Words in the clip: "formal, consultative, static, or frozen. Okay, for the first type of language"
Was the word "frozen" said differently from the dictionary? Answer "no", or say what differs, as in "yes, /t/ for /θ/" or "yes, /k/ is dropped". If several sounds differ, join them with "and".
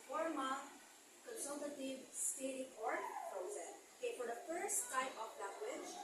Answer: yes, /p/ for /f/